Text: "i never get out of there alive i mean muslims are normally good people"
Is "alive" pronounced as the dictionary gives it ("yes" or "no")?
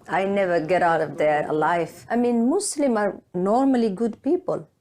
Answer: no